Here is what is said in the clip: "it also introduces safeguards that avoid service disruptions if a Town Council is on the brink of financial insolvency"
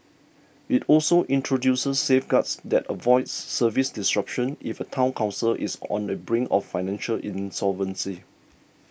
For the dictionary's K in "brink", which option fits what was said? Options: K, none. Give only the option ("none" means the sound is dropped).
none